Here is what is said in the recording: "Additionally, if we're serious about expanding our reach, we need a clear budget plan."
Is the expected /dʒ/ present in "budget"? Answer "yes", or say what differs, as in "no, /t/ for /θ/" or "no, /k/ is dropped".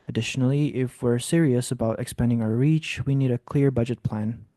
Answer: yes